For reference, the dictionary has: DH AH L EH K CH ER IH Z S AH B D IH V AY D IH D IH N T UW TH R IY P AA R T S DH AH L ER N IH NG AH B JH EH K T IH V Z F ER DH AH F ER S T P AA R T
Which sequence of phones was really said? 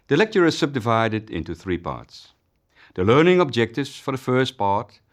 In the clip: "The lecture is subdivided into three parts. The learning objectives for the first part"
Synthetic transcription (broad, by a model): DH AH L EH K CH ER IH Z S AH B D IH V AY D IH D IH N T UW TH R IY P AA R T S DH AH L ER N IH NG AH B JH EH K T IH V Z F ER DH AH F ER S T P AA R T